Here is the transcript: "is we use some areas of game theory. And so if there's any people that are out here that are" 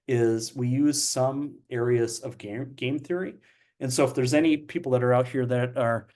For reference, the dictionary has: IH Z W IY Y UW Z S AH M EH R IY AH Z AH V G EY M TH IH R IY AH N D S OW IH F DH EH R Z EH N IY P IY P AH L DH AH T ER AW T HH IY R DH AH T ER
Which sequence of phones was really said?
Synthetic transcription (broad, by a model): IH Z W IY Y UW Z S AH M EH R IY AH Z AH V G EY M TH IH R IY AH N S OW IH F DH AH R Z EH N IY P IY P L DH AH T ER AW T HH IY R DH AH T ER